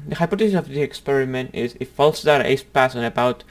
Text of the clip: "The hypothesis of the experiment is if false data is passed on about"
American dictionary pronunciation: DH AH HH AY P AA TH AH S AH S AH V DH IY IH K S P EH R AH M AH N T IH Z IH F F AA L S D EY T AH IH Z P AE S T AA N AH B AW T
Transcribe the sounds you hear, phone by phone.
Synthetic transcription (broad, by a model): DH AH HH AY P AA T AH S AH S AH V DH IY IH K S P EH R AH M AH N T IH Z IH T F AA L S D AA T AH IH S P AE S AA N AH B AW T